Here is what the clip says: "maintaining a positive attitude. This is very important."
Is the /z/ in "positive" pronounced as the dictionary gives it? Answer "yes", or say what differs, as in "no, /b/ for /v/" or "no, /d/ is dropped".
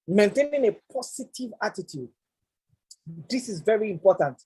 no, /s/ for /z/